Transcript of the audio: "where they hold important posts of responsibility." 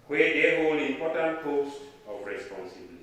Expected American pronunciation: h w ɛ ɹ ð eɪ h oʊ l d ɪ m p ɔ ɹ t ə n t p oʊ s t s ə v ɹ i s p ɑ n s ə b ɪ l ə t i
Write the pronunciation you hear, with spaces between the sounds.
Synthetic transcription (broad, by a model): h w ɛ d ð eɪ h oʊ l ɪ m p ɔ t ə n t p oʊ s t ə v ɹ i s p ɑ n s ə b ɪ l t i